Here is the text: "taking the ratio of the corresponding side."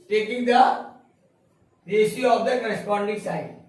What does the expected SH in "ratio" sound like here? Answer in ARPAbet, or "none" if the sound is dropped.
S